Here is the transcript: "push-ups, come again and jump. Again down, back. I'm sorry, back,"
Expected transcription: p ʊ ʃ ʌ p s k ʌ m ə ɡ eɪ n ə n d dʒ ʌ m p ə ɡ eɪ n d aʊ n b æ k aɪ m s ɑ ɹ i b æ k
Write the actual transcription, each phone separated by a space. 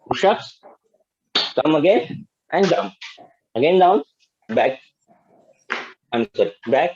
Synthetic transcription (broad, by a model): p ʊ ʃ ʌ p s k ʌ m ə ɡ eɪ n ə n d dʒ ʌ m ə ɡ eɪ n d aʊ n b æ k aɪ m s ɑ ɹ i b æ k